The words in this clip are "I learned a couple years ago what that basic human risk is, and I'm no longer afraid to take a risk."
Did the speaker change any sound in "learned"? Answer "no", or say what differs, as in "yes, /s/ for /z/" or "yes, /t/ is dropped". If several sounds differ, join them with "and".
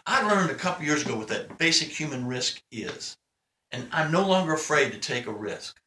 no